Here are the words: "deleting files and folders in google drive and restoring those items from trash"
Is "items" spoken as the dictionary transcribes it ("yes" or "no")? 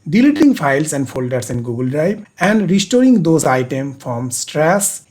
no